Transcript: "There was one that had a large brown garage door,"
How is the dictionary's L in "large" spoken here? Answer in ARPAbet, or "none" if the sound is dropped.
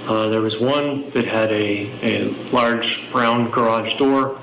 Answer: L